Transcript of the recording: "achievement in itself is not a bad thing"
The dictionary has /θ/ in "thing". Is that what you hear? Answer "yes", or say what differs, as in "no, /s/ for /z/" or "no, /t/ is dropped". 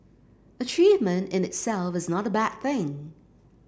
yes